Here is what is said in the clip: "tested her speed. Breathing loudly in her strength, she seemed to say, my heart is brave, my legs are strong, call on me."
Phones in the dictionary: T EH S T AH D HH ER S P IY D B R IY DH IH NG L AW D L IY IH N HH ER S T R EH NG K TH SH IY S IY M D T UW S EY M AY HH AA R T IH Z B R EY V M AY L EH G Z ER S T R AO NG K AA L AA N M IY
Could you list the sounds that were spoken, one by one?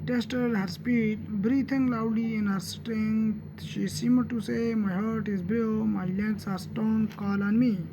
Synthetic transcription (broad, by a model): T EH S T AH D HH ER S P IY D B R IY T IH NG L AW D L IY IH N HH ER S T R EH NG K T SH IY S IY M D T UW S EY M AY HH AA R T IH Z B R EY M AY L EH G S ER S T AO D K AA L AA N M IY